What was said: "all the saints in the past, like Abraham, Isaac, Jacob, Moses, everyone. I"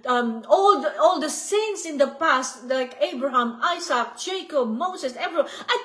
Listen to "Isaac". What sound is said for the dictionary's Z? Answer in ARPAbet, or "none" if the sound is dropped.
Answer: S